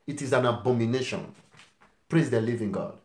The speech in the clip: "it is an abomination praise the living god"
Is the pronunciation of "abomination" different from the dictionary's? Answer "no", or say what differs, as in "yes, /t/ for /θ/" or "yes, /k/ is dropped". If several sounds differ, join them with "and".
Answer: no